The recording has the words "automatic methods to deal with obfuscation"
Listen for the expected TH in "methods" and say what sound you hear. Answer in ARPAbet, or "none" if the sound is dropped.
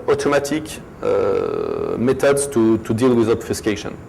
T